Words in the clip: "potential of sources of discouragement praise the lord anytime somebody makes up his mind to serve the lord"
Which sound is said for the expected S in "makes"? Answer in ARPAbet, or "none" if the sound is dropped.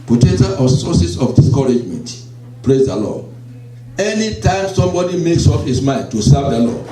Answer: S